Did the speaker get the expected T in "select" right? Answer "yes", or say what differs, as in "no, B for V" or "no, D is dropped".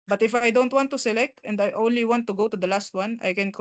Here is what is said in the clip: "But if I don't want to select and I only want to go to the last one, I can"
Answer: yes